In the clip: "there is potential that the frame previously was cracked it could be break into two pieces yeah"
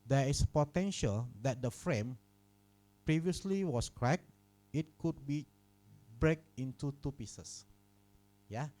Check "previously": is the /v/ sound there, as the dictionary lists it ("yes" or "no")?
yes